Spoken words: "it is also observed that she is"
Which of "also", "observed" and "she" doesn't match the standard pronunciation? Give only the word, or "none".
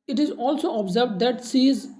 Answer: she